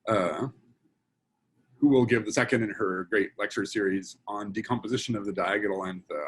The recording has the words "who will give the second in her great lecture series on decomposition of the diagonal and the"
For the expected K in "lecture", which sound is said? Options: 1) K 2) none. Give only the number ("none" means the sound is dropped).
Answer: 1